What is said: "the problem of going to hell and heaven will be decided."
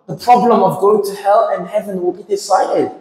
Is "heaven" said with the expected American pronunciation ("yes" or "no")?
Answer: yes